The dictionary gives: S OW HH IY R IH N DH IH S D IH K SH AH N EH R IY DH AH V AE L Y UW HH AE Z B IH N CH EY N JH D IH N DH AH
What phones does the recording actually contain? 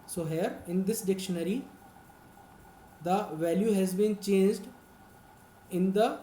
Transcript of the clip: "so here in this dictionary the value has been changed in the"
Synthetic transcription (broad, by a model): S OW HH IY R IH N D IH S D IH K SH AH N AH R IY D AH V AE L Y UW HH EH Z B IH N CH EY N JH D IH N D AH